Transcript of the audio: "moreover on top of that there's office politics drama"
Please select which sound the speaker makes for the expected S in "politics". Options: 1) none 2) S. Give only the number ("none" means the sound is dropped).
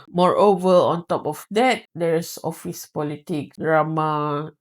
1